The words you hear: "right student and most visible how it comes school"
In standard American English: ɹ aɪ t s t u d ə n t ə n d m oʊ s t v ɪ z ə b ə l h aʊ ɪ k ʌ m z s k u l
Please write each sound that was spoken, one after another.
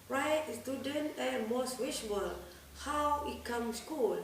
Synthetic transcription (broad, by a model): ɹ aɪ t s t u d ə n t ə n m oʊ s t w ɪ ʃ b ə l h aʊ ɪ k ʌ m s k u l